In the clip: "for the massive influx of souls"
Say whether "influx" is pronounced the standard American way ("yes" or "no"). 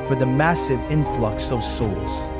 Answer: yes